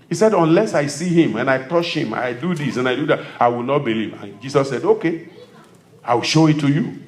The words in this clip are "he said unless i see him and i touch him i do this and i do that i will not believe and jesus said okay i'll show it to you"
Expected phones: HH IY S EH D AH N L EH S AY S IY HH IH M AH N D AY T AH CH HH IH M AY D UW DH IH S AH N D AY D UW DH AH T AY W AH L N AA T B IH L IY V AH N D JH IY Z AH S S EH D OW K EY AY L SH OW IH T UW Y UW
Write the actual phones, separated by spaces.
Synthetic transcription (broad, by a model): HH IY S EH D AH N L EH S AY S IY HH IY M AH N AY T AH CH HH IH M AY D UW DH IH S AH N AY D UW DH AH T AY W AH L N AA T B IH L IY V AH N JH IY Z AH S S EH D OW K EY AY W SH OW IH T UW Y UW